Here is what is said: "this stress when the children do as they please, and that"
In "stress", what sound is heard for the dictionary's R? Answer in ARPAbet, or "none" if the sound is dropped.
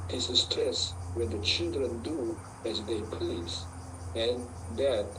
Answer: none